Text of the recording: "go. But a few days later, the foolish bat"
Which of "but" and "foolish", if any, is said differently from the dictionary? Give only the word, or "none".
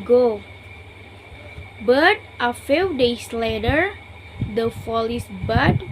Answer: foolish